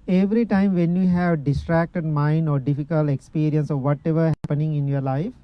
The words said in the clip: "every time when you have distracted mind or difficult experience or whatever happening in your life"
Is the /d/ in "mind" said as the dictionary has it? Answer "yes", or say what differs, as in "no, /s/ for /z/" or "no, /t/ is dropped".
yes